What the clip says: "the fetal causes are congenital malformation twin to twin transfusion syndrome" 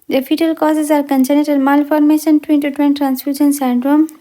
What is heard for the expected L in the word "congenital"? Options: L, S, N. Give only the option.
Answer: N